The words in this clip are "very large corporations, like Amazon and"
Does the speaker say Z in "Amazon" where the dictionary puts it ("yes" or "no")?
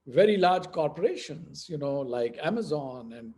yes